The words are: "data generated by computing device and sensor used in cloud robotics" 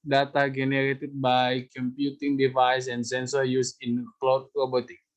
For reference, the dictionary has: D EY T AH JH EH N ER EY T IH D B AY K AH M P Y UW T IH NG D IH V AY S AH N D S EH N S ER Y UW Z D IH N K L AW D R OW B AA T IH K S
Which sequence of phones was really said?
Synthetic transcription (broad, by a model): D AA T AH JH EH N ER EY T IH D B AY K AH M P Y UW T IH NG D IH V AY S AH N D S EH N S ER Y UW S IH N K L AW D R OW B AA T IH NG